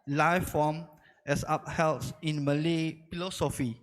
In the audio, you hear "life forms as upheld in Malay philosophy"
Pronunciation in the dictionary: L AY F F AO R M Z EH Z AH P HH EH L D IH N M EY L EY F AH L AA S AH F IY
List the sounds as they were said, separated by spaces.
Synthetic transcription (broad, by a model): L AY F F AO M EH S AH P HH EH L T IH N M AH L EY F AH L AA S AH F IY